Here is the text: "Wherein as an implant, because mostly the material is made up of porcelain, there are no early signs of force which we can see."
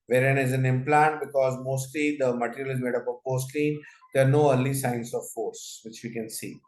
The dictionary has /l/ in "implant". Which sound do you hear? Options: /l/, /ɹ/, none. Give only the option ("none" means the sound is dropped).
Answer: /l/